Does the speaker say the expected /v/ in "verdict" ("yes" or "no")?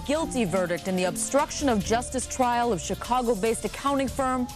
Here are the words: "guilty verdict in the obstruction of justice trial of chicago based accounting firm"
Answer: yes